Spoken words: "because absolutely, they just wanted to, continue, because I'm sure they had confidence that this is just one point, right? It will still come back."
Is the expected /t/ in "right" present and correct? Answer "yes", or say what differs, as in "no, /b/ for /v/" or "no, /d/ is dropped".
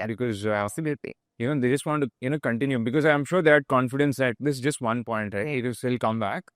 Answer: no, /t/ is dropped